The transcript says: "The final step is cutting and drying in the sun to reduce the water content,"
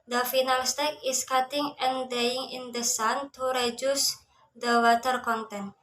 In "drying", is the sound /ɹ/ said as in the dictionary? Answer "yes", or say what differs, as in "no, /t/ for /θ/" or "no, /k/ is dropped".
no, /ɹ/ is dropped